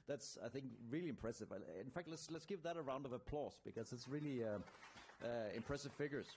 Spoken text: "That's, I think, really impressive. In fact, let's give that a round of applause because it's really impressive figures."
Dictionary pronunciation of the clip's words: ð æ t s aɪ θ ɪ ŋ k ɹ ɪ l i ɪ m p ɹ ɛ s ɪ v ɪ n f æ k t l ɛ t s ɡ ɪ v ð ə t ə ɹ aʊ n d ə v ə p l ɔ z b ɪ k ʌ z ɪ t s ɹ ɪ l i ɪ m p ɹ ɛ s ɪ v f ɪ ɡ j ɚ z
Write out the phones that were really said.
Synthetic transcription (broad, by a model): ð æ t s aɪ θ ɪ ŋ k ɹ ɪ l i ɪ m p ɹ ɛ s ɪ v ɪ n f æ k t l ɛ t s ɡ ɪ p ð ə t ə ɹ aʊ n d ə v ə p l ɔ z b ɪ k ʌ z ɪ t s ɹ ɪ l i ɪ m p ɹ ɛ s ɪ v f ɪ ɡ j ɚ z